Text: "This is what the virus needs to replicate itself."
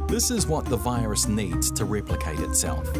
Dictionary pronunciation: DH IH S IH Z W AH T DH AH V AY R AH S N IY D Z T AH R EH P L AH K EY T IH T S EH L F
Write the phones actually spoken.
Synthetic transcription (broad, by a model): DH IH S IH Z W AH T DH AH V AY R AH S N IY D Z T AH R EH P L AH K EY T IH T S EH L F